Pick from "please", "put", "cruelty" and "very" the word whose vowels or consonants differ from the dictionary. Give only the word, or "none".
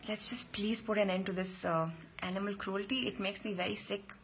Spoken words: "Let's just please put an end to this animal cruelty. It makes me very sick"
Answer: none